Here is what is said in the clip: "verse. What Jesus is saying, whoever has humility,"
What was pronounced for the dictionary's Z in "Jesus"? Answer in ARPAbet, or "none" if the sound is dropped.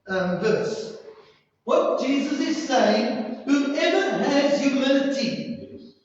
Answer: Z